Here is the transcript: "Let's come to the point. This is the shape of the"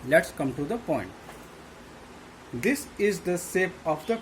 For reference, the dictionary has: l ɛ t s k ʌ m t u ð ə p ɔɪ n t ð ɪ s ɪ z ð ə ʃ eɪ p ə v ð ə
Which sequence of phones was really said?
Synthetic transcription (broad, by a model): l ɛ t s k ʌ m t u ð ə p ɔɪ n t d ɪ s ɪ z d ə s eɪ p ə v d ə